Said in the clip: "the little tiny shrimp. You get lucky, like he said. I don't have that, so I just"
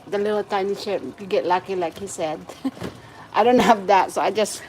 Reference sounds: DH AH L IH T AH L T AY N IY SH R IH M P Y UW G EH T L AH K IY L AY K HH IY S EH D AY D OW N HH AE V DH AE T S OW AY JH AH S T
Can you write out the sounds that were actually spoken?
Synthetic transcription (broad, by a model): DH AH L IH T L T AY N IY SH IH P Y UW G EH T L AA K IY L AY K HH IY S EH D AY D OW N HH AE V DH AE T S OW AY JH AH S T